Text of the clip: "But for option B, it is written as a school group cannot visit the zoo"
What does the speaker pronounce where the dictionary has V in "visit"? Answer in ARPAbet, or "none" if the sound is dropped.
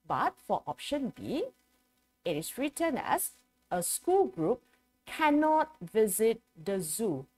V